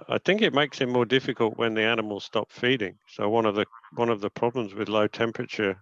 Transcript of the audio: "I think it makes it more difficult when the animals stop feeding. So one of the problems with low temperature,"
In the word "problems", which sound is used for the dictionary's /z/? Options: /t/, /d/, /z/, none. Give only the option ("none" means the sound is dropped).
/z/